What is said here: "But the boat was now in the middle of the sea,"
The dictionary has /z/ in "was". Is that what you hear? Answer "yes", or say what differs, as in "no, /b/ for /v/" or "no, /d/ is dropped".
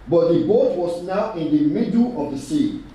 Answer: no, /s/ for /z/